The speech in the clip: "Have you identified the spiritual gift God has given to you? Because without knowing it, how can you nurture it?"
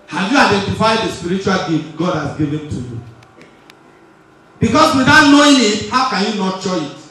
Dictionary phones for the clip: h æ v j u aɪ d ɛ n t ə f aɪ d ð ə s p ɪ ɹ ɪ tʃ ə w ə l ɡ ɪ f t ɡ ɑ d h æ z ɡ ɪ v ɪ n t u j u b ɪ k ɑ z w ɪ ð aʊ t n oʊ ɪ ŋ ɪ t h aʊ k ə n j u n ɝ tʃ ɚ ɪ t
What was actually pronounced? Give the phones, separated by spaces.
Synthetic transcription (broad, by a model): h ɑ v j u aɪ d ɛ n t ə f aɪ d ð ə s p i ɹ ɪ tʃ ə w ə l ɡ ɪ t ɡ ɑ d h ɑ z ɡ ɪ v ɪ n t u j u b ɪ k ɑ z w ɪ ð aʊ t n oʊ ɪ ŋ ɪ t h aʊ k ə n j u n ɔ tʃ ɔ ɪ t